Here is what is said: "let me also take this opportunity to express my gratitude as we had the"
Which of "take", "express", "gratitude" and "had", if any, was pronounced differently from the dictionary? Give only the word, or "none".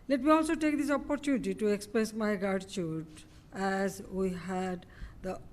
gratitude